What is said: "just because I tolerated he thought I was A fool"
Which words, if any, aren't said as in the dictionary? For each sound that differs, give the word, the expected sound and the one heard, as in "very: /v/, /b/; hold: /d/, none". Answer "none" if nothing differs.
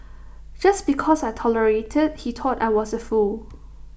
because: /z/, /s/; thought: /θ/, /t/